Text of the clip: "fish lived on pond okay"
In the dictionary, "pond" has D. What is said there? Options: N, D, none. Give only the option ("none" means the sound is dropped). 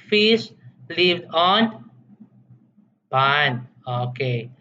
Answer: none